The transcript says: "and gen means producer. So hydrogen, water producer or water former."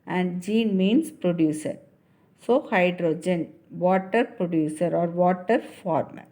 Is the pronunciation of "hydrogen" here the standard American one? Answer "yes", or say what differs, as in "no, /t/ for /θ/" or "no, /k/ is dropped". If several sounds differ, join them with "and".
yes